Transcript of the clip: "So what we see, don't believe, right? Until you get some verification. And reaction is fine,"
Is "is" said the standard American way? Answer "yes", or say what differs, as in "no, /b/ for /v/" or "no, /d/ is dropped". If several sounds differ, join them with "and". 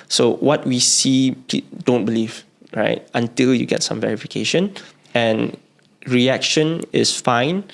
no, /s/ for /z/